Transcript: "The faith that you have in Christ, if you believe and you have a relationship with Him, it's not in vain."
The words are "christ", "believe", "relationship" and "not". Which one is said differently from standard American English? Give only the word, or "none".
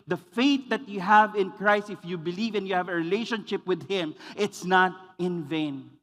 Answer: none